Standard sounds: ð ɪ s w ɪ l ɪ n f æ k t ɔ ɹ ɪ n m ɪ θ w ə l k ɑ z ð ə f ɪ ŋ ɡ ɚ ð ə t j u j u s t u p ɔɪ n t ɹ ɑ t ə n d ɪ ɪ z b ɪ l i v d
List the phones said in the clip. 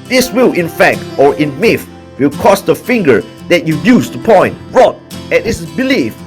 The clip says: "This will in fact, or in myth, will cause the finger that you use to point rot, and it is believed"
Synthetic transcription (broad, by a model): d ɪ s w ɪ l ɪ n f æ k t ɔ ɹ ɪ n m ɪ f w ə l k ɑ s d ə f ɪ ŋ ɡ ɚ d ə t j u j u s t u p ɔɪ n t ɹ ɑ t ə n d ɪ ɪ s b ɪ l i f